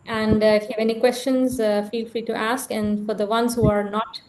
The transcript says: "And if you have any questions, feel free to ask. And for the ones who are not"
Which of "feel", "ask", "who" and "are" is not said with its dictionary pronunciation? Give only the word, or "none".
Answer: none